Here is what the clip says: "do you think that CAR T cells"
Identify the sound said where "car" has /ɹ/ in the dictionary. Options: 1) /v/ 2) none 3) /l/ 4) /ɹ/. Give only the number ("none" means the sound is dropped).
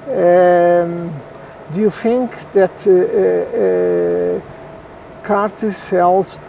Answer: 4